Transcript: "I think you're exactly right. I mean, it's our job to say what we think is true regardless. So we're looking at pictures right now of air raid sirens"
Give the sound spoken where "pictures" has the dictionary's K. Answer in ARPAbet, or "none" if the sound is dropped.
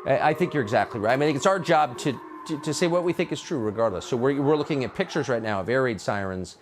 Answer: K